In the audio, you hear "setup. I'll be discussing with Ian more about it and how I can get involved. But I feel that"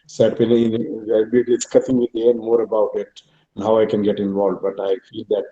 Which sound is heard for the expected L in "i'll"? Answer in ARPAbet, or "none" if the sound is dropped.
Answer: N